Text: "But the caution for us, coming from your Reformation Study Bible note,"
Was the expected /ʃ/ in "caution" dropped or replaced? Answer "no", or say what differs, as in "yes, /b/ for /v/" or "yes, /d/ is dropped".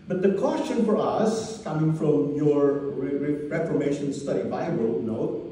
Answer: yes, /s/ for /ʃ/